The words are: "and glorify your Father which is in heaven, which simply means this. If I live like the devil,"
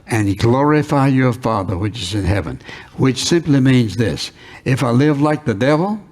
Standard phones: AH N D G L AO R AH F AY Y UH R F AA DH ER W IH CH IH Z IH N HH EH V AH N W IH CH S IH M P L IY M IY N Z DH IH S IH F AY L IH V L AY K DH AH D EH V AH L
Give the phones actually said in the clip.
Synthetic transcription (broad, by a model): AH N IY G L AO R AH F AY Y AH R F AA DH ER W IH CH IH Z IH N HH EH V AH N W IH CH S IH M P L IY M IY N Z DH IH S IH F AY L IH V L AY K DH AH D EH V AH L